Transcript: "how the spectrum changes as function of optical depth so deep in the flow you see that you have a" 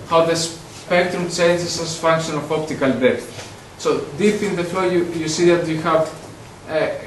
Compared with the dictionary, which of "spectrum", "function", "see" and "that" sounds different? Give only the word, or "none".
none